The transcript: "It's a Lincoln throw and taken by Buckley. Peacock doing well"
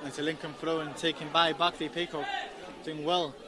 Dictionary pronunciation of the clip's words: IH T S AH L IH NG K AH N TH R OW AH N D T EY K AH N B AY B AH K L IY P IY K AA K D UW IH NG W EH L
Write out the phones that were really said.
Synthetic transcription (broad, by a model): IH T AH L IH NG K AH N F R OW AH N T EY K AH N B AY B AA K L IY P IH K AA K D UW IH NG W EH L